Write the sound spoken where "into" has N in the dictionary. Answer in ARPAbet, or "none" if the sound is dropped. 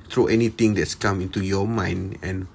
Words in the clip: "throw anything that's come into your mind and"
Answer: N